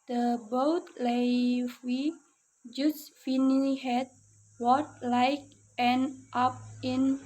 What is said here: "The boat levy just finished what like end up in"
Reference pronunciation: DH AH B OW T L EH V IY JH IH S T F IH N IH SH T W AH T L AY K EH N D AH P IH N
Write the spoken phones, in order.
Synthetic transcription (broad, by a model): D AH B OW T L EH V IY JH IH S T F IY N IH T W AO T L AY K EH N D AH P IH N